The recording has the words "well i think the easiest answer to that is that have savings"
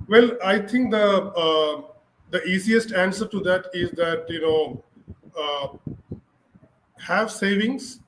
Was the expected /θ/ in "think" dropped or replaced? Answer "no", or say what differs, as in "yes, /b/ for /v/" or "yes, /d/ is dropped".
yes, /t/ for /θ/